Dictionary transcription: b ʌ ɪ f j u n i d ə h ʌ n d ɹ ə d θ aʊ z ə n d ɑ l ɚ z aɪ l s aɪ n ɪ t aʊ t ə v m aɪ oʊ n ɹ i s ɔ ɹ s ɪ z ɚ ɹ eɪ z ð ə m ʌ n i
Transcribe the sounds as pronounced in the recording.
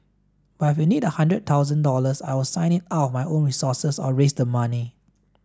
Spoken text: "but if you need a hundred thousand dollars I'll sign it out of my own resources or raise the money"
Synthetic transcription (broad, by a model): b ɪ f j u n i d ə h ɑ n d ɹ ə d t aʊ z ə n d ɑ l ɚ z aɪ w s aɪ n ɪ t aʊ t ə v m aɪ oʊ n ɹ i s ɔ s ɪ s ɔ ɹ eɪ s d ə m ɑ n i